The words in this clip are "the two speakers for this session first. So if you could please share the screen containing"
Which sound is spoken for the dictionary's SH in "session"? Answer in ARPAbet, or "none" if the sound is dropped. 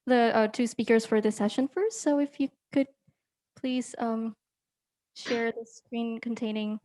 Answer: SH